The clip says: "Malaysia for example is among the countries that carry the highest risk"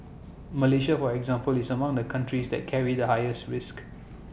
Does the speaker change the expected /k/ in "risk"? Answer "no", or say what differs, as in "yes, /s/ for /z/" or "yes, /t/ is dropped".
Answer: no